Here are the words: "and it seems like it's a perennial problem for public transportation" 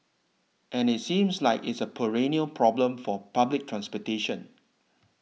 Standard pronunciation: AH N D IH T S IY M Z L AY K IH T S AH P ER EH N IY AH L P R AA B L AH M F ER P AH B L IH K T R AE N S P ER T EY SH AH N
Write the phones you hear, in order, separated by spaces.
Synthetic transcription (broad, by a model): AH N IH T S IY M S L AY K IH T S AH P ER EH N IY AH L P R AA B L AH M F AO P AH B L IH K T R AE N S P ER T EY SH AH N